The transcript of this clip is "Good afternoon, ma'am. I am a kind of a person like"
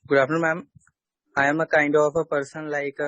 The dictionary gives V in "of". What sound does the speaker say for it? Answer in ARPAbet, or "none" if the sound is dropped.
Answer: P